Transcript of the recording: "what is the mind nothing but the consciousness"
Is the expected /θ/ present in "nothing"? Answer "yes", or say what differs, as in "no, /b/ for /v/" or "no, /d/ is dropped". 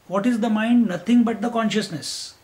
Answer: no, /t/ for /θ/